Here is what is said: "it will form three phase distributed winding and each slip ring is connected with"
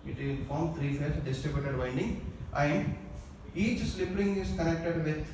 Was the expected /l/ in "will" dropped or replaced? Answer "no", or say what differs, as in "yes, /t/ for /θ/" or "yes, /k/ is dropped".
yes, /n/ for /l/